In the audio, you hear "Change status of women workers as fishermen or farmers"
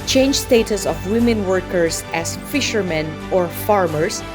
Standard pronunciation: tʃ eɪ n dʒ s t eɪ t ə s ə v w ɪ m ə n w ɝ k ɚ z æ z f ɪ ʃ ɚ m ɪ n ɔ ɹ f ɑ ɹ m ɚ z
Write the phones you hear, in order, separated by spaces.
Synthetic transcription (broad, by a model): tʃ eɪ n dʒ s t eɪ t ə s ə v w ɪ m ə n w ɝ k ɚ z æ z f ɪ ʃ ɚ m ɪ n ɔ ɹ f ɑ ɹ m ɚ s